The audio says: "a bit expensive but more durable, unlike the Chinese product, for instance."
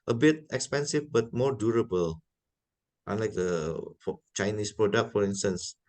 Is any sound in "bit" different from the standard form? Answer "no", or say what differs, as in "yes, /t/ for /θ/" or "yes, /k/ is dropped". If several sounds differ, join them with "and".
no